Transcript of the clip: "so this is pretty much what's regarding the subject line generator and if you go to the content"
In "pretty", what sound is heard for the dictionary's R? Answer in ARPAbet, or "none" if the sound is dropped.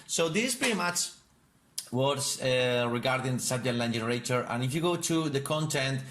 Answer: none